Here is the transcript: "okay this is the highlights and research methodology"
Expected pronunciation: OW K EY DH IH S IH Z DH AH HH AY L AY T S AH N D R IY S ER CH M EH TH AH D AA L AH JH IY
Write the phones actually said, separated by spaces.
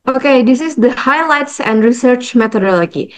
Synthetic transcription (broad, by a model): OW K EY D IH S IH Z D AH HH AY L AY T S AH N D R IY S ER CH M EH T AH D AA L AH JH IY